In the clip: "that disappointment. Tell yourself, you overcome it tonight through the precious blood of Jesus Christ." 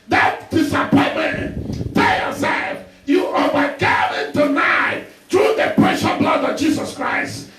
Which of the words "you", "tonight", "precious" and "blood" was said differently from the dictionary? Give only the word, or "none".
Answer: precious